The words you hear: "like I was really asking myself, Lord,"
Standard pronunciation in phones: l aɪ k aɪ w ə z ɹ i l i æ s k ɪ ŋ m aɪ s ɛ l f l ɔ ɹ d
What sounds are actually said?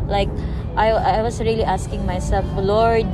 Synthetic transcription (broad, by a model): l aɪ k aɪ w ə s ɹ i l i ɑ s k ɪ ŋ m aɪ s ɛ l f l ɔ ɹ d